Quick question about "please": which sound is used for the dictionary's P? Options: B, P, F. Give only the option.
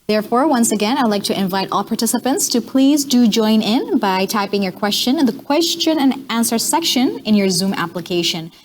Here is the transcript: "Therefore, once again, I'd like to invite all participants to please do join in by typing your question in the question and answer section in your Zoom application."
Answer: P